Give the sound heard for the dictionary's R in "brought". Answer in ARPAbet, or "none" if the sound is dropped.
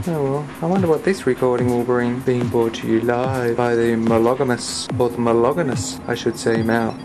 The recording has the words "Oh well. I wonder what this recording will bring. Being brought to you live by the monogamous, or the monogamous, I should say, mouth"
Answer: none